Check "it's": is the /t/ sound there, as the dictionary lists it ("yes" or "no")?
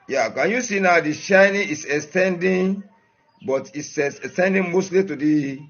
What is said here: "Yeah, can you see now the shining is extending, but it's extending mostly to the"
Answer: no